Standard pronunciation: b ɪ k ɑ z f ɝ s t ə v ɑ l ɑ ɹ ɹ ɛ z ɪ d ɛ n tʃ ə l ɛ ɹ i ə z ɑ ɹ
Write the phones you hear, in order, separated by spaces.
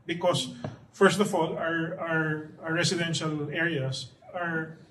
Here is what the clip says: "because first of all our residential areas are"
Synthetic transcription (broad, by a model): b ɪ k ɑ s f ɝ s t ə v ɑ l ɑ ɹ ɹ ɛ s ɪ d ɛ n ʃ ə l ɛ ɹ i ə s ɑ ɹ